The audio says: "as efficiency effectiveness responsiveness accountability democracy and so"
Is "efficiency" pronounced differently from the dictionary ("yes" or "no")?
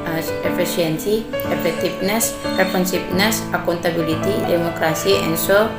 yes